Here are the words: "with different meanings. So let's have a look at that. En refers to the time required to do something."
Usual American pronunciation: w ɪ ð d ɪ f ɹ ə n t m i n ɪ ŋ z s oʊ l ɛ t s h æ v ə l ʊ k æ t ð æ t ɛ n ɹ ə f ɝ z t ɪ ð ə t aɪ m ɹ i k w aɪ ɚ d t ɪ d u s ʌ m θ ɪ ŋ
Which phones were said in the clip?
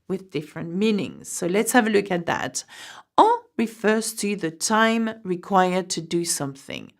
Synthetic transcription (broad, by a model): w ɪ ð d ɪ f ɹ ə n t m i n ɪ ŋ z s oʊ l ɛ t s h æ v ə l ʊ k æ t ð æ t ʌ ɹ ə f ɝ z t ɪ ð ə t aɪ m ɹ i k w aɪ ɚ d t ɪ d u s ʌ m θ ɪ ŋ